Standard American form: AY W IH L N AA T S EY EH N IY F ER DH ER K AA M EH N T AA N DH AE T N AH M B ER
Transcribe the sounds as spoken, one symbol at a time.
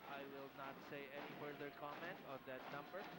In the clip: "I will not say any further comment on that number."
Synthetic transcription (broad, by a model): AY W IH L N AA T S EY EH N IY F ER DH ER K AA M EH N T AA N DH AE T N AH M B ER